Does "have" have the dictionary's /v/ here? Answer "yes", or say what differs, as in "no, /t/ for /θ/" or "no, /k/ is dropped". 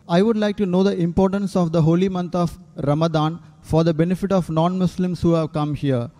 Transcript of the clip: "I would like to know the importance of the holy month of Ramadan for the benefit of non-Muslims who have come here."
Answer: yes